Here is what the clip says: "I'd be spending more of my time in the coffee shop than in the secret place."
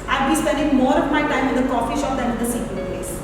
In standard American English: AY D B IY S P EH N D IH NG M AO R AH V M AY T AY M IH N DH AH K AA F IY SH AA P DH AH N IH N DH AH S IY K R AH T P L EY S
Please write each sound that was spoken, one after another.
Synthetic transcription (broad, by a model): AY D B IY S P EH N D IH NG M AO R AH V M AY T AY M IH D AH K AA F IY SH AA P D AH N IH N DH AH S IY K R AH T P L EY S